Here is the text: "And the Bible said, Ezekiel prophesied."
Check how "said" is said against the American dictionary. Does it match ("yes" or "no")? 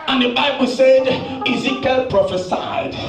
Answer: yes